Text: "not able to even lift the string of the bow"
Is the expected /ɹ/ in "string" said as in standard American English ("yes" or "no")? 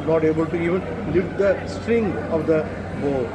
yes